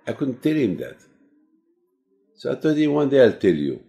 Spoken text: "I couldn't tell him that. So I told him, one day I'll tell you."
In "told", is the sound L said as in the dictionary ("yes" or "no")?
no